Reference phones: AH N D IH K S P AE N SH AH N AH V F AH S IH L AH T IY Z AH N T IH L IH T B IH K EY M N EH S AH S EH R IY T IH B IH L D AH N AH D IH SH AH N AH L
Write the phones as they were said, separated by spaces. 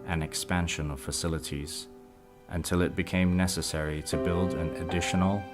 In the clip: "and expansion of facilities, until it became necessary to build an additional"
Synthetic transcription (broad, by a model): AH N IH K S P AE N SH AH N AH V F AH S IH L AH T IY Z AH N T IH L IH T B IH K EY M N EH S AH S EH R IY T IH B IH L D AH N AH D IH SH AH N L